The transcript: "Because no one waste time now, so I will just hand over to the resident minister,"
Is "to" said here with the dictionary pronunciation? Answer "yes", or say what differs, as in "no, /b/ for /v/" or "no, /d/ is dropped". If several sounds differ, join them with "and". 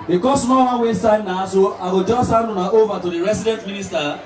yes